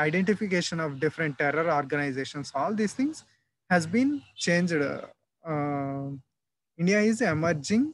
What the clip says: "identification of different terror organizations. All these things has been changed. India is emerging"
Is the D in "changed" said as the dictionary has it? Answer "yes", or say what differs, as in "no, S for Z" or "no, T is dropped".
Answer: yes